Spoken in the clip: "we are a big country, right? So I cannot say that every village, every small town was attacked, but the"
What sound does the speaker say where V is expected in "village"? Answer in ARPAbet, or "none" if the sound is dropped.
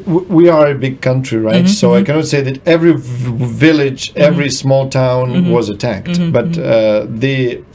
V